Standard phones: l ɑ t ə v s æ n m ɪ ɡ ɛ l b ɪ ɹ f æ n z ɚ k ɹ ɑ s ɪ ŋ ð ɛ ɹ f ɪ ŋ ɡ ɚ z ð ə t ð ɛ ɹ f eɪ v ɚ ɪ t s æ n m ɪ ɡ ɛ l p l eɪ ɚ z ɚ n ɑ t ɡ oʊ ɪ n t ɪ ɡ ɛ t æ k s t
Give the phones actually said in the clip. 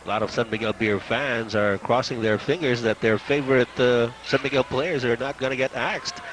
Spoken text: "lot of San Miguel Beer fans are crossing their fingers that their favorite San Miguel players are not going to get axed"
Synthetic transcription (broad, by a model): l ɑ t ə v s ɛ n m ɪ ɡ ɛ l b ɪ ɹ f æ n z ɚ k ɹ ɑ s ɪ ŋ ð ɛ ɹ f ɪ ŋ ɡ ɚ z ð ə t ð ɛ ɹ f eɪ v ɚ ɪ t s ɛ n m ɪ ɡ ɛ l p l eɪ ɚ z ɚ n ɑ t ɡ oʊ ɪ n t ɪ ɡ ɛ t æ k s t